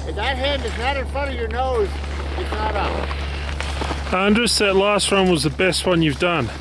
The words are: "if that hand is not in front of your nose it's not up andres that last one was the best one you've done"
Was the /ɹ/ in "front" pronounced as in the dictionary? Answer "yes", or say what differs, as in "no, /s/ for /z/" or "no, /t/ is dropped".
no, /ɹ/ is dropped